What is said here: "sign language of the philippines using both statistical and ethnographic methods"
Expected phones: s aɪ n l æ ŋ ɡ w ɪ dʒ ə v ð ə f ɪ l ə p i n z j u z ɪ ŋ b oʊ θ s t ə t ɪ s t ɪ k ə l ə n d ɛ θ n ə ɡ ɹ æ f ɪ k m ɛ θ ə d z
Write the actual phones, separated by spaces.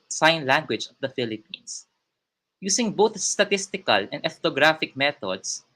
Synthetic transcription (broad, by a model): s aɪ n l æ ŋ ɡ w ɪ dʒ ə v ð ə f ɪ l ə p i n s j u s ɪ ŋ b oʊ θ s t ə t ɪ s t ɪ k ə l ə n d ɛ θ n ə ɡ ɹ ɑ f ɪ k m ɛ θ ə d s